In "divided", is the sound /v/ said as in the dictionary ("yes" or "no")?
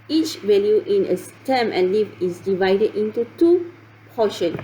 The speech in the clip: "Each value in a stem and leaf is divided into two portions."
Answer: yes